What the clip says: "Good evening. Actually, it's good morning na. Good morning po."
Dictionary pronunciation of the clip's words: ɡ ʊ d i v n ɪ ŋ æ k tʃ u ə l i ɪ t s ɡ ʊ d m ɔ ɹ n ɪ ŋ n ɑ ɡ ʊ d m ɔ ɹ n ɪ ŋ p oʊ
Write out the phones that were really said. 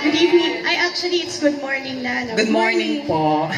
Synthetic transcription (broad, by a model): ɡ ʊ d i n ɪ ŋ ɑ k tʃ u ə l i ɪ t s ɡ ʊ d m ɔ ɹ n ɪ ŋ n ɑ ɡ ʊ d m ɔ ɹ n ɪ ŋ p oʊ